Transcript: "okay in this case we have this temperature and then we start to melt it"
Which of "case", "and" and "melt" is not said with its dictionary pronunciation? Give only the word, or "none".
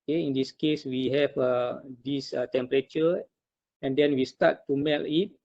melt